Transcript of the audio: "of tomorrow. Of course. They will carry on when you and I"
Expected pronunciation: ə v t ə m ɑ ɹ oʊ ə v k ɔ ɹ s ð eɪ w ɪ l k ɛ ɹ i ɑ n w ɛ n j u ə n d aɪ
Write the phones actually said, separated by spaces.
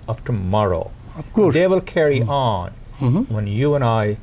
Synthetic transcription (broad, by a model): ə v t ə m ɑ ɹ oʊ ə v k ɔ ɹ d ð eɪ w ɪ l k ɛ ɹ i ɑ n w ɛ n j u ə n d aɪ